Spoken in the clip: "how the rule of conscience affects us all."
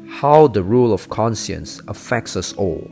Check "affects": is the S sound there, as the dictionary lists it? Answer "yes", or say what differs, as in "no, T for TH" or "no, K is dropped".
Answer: yes